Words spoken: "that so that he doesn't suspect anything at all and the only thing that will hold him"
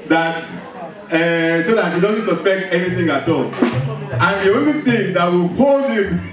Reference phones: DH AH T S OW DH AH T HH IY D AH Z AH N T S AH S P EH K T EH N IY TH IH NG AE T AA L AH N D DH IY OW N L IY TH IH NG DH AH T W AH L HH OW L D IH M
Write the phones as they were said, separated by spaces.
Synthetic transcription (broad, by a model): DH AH T S OW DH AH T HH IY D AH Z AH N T S AH S P EH K T EH N IY TH IH NG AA T AA L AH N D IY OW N IY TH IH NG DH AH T W AH L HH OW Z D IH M